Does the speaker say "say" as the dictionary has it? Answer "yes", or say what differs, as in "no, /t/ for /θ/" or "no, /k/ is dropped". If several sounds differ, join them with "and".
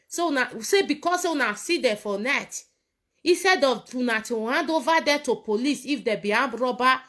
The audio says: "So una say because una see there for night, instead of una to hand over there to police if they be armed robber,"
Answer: yes